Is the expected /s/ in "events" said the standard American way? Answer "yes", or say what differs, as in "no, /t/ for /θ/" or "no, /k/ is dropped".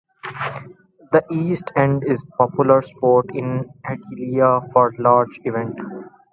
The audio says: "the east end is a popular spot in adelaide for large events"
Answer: no, /s/ is dropped